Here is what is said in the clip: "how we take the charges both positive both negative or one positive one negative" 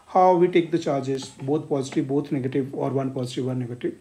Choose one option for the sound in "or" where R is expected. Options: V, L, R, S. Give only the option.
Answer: R